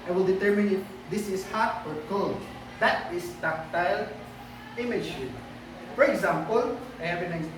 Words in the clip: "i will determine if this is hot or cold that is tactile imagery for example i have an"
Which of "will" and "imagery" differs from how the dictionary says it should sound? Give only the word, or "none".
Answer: imagery